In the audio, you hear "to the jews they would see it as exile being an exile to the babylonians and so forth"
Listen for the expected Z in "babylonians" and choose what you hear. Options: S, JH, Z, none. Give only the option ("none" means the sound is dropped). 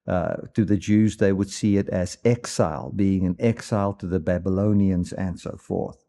Z